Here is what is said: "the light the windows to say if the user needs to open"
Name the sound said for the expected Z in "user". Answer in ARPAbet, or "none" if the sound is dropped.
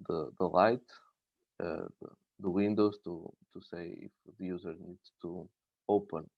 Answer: Z